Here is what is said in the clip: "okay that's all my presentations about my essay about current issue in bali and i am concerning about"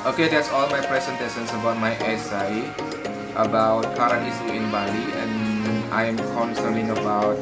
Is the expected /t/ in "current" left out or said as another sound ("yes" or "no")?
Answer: yes